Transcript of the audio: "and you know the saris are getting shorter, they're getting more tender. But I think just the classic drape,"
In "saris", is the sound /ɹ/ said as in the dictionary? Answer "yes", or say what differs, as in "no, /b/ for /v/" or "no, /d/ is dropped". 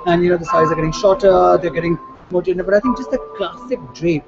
no, /ɹ/ is dropped